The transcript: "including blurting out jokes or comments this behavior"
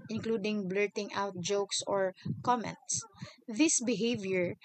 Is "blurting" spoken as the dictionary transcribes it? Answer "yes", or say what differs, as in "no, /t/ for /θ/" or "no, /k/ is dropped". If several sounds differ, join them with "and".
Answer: yes